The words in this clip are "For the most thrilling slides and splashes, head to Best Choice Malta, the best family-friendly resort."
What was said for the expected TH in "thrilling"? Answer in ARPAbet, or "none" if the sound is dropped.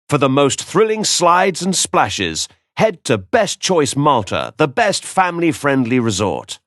TH